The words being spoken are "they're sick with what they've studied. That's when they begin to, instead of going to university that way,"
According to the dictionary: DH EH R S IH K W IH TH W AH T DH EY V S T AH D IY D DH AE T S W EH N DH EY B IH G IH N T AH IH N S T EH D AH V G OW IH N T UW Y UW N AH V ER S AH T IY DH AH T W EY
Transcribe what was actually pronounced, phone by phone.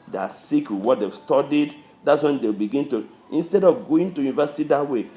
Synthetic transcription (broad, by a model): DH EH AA S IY K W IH W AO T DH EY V S T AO D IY D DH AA T S W EH N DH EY B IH G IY N T AH IH N S T EH D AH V G OW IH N T UW Y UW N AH V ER S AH T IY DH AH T W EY